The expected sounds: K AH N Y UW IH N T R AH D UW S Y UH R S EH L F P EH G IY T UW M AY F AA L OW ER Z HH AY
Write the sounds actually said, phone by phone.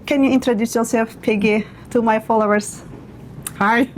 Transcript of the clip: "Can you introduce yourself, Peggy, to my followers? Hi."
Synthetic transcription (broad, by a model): K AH N Y UW IH N T R AH D UW S Y UH R S EH L F P EH G IY T UW M AY F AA L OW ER S HH AY